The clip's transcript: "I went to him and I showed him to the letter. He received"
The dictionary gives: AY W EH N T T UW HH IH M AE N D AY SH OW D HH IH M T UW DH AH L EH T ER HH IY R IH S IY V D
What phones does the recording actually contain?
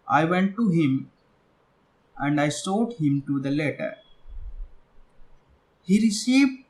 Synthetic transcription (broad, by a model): AY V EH N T T UW HH IH M AE N D AY S OW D HH IH M T UW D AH L EH T ER HH IY R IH S IY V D